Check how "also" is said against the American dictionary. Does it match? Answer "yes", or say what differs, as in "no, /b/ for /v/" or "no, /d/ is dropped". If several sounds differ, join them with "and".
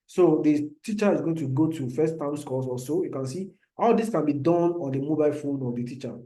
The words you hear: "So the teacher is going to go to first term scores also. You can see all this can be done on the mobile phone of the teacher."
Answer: no, /l/ is dropped